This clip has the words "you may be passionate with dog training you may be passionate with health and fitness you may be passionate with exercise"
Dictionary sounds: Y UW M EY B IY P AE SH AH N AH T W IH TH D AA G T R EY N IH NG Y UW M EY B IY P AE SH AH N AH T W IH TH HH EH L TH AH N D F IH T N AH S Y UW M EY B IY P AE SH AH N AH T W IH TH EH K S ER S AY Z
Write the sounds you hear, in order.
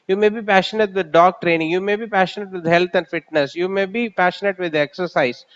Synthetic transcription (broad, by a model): Y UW M EY B IY P AE SH AH N AH T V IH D D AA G T R EY N IH NG Y UW M EY B IY P AE SH AH N AH T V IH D HH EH L T AH N D F IH T N AH S Y UW M EY B IY P AE SH AH N AH T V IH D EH K S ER S AY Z